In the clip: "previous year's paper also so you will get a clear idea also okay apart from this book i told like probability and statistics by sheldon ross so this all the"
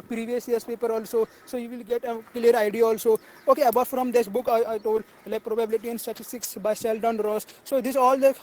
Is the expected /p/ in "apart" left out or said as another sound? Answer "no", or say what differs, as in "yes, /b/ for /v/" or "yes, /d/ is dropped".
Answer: yes, /b/ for /p/